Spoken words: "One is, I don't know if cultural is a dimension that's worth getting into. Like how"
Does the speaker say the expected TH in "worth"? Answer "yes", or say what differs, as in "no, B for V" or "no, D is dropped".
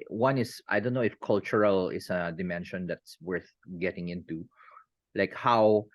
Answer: yes